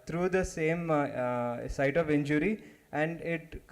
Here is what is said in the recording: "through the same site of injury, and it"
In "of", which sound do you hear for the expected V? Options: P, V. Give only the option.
V